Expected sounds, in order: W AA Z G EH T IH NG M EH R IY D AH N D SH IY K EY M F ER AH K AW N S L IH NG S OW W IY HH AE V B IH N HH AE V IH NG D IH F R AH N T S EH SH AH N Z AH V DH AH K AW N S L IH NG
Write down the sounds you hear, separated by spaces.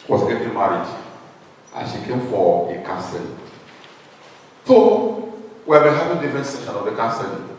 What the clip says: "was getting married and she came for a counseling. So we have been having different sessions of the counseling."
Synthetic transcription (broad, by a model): W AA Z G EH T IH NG M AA R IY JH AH N SH IY K EY M F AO AH K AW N S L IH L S OW W IY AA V B IH N HH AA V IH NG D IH F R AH N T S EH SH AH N AH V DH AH K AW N S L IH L